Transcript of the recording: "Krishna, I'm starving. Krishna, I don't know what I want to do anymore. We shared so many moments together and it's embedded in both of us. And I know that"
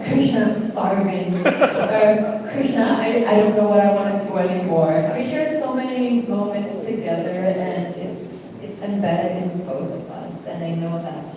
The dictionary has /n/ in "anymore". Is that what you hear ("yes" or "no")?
no